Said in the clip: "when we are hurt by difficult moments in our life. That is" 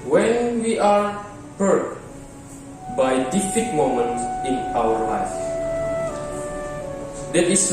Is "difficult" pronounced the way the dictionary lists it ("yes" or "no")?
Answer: no